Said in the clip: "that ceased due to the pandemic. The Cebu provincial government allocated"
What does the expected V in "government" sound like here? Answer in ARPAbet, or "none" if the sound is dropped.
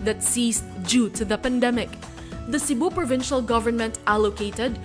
V